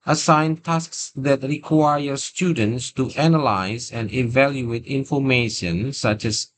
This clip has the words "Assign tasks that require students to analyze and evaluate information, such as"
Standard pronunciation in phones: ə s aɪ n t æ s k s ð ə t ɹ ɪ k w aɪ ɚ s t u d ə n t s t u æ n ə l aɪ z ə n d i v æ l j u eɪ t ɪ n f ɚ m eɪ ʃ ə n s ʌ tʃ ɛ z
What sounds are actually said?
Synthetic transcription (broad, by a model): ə s aɪ n t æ s k s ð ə t ɹ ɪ k w aɪ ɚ s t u d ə n t s t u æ n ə l aɪ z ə n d i v æ l j u eɪ t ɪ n f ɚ m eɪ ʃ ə n s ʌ tʃ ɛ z